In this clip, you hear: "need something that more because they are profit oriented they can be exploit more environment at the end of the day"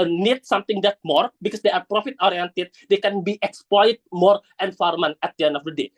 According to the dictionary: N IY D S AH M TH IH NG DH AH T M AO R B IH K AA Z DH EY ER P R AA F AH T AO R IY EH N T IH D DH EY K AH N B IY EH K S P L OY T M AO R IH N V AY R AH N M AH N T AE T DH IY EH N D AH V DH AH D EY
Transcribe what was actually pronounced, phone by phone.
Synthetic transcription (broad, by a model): N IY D S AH M T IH NG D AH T M AO R B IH K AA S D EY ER P R AA F AH T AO R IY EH N T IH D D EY K AH N B IY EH K S P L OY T M AO R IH N F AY R M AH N AE T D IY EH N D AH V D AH D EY